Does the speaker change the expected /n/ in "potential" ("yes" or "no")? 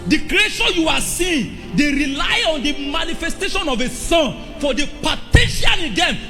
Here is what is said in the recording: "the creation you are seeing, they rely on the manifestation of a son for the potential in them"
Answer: yes